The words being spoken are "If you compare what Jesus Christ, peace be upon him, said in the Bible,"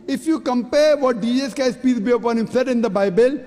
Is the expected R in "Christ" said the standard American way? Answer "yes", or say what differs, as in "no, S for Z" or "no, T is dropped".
no, R is dropped